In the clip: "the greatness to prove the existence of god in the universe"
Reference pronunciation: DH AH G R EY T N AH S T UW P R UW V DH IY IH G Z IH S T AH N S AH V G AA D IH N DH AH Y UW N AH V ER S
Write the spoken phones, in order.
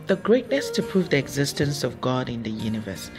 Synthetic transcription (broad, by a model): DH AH G R EY T N AH S T UW P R UW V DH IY IH G Z IH S T AH N S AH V G AA D IH N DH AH Y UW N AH V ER S